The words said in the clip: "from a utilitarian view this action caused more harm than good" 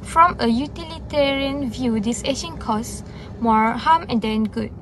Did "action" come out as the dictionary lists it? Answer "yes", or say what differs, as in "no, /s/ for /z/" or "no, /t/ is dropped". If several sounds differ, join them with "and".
no, /k/ is dropped